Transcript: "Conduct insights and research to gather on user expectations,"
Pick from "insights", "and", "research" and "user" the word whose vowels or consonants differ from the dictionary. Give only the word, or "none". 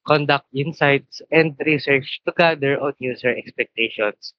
user